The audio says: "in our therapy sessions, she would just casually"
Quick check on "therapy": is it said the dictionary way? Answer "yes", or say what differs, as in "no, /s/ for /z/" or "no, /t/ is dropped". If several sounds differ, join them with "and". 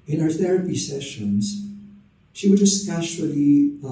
yes